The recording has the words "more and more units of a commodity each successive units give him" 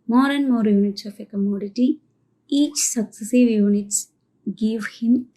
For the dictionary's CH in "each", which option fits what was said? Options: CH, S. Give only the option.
CH